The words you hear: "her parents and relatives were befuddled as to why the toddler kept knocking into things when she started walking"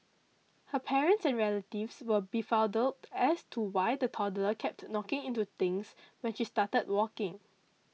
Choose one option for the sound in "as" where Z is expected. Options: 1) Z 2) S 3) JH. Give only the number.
2